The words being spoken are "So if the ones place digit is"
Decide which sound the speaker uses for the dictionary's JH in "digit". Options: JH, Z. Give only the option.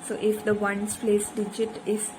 JH